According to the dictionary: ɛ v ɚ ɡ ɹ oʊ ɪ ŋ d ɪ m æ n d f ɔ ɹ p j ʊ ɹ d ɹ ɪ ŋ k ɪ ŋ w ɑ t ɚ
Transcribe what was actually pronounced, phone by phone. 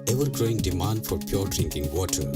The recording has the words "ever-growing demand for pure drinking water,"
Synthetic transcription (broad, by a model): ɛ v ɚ ɡ ɹ oʊ ɪ ŋ d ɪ m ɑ n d f ɔ ɹ p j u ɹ d ɹ ɪ ŋ k ɪ ŋ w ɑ t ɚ